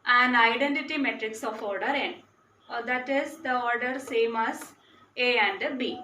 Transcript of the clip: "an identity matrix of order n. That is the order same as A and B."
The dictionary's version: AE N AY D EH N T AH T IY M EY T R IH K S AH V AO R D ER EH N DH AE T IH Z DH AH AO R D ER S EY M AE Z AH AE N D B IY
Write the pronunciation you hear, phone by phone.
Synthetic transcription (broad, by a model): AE N AY D EH N T AH T IY M EY T R IH K S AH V AO R D ER EH N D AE T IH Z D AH AO R D ER S EY M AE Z AH AE N D B IY